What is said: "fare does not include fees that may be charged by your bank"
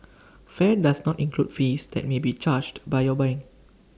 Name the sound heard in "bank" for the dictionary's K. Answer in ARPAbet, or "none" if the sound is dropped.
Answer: none